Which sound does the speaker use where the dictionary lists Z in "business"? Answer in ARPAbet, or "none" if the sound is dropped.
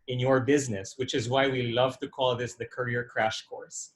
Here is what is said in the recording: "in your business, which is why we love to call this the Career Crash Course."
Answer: Z